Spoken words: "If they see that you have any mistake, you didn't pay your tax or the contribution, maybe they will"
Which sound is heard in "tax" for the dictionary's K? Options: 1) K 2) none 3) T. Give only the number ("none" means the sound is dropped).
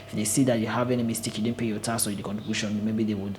2